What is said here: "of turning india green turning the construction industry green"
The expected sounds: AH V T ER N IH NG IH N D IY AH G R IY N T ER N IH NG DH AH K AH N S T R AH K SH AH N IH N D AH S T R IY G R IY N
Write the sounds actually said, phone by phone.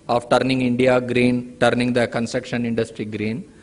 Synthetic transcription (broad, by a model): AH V T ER N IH NG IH N D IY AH G R IY N T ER N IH NG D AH K AH N S T R AH K SH AH N IH N D AH S T R IY G R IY N